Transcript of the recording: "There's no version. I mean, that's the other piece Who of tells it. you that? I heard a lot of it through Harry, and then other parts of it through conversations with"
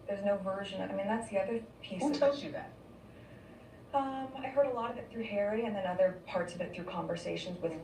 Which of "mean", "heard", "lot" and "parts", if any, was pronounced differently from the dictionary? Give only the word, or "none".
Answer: none